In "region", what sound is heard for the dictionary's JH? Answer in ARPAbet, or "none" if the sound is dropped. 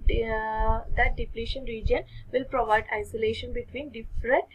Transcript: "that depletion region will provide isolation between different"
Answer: JH